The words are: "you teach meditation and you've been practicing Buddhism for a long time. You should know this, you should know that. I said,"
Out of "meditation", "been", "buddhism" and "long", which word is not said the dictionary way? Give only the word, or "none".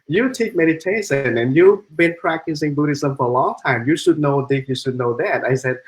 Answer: meditation